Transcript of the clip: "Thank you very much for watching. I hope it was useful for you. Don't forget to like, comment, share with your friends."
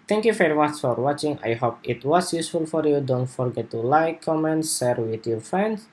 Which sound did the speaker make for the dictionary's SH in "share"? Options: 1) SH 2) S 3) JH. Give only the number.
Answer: 2